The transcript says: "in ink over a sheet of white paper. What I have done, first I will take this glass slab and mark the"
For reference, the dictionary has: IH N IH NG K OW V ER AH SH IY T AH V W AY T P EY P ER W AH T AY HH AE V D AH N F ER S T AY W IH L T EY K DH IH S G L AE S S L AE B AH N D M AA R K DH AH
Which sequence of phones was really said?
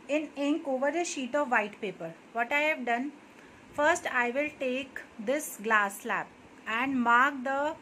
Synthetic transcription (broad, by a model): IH N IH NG K OW V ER AH SH IY T AH V AY T P EY P ER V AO T AY HH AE V D AH N F ER S T AY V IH L T EY K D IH S G L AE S S L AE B AH N D M AA R K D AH